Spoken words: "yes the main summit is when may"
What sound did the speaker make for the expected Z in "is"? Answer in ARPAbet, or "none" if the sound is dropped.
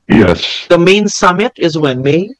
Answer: Z